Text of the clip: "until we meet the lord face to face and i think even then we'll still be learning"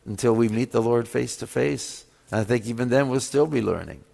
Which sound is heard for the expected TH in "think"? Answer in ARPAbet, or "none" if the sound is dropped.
TH